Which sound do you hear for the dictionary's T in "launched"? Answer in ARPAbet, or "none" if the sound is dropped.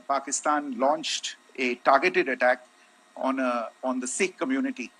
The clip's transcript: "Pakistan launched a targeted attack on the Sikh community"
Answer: T